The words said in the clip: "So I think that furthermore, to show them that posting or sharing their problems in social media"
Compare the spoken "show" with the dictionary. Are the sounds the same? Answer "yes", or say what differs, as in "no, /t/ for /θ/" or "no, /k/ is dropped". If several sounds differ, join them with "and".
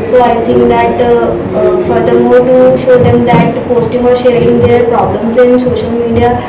yes